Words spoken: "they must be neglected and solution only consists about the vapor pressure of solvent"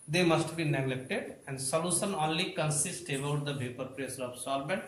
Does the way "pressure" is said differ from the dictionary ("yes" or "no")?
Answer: yes